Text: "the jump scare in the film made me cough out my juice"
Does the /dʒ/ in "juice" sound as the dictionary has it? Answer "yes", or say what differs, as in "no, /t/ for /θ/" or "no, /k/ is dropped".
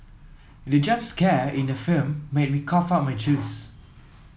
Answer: no, /tʃ/ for /dʒ/